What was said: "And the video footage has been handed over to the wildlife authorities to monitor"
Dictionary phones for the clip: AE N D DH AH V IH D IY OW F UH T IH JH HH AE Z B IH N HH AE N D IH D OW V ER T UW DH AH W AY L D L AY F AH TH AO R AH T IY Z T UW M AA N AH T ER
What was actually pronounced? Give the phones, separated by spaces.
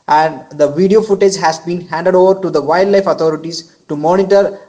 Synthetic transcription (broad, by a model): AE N D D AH V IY D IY OW F UH T IH JH HH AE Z B IH N HH AE N D IH D OW V ER T UW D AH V AY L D L AY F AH T AO R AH T IY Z T UW M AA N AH T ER